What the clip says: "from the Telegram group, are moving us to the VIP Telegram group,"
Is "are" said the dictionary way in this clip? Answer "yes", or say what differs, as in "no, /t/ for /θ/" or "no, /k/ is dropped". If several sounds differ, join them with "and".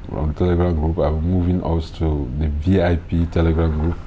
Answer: no, /w/ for /ɹ/